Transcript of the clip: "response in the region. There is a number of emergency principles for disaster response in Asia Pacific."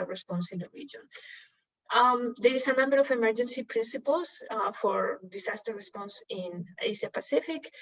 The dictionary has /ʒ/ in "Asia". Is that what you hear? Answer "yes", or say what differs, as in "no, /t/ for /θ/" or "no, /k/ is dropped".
no, /s/ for /ʒ/